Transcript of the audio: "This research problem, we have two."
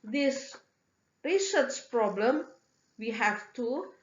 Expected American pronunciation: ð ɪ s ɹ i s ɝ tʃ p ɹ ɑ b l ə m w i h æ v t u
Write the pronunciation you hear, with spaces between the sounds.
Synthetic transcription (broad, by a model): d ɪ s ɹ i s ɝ s p ɹ ɑ b l ə m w i h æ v t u